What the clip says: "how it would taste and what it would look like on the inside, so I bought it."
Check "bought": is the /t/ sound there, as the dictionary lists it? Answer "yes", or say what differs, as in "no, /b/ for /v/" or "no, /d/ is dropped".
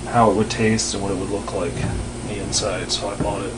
no, /t/ is dropped